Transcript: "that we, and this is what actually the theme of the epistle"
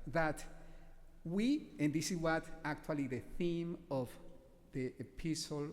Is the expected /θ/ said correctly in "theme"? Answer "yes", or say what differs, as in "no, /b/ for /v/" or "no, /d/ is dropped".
yes